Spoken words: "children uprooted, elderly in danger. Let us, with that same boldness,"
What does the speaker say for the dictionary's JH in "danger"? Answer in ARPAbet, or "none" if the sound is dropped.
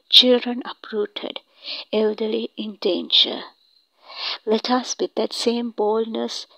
CH